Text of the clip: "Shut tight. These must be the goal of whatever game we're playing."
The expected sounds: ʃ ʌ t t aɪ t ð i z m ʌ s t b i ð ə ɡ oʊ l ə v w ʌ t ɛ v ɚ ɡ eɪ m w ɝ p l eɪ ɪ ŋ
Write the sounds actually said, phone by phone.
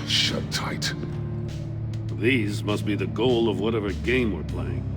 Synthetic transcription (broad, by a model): ʃ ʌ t t aɪ t ð i z m ʌ s t b i ð ə ɡ oʊ l ə v w ʌ t ɛ v ɚ ɡ eɪ m w ɝ p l eɪ ɪ ŋ